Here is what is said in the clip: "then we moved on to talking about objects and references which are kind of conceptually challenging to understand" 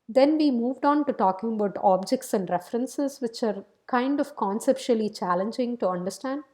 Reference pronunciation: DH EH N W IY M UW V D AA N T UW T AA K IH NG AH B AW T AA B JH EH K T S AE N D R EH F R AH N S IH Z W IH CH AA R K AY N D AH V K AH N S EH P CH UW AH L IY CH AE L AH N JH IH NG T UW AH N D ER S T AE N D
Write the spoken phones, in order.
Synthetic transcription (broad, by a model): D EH N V IY M UW V D AA N T UW T AA K IH NG AH B AW T AA B JH EH K T S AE N D R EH F R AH N S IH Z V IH CH AA R K AY N D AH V K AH N S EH P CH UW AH L IY CH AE L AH N JH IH NG T UW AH N D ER S T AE N D